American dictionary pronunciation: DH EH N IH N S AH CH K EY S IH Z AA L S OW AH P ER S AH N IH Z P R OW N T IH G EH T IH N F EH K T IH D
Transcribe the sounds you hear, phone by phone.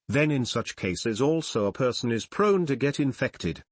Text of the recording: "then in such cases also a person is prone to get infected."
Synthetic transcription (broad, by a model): DH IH N IH N S AH CH K EY S IH Z AA L S OW AH P ER S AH N IH Z P R OW N T IH G EH T IH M F EH K T IH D